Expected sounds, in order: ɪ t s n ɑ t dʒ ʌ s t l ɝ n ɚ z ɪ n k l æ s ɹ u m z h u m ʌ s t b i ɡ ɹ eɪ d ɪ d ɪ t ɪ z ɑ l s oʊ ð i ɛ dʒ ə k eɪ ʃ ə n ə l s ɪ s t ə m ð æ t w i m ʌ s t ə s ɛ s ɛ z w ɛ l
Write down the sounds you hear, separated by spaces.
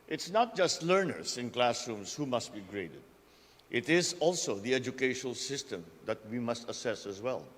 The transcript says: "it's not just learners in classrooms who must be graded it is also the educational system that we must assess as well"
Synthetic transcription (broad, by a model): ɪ t s n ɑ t dʒ ʌ s t l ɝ n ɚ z ɪ n k l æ s ɹ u m s h u m ʌ s t b i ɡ ɹ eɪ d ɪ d ɪ t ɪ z ɑ l s oʊ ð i ɛ dʒ ə k eɪ ʃ ə n ə l s ɪ s t ə m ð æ t w i m ʌ s t ə s ɛ s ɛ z w ɛ l